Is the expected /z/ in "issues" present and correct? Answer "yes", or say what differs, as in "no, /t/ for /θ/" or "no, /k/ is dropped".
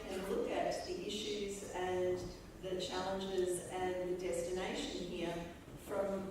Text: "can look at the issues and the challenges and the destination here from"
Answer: yes